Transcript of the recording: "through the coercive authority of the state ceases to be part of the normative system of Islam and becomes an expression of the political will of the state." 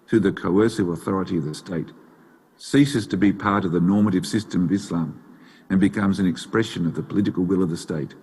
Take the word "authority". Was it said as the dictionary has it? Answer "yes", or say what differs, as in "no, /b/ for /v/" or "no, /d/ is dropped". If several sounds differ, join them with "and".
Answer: yes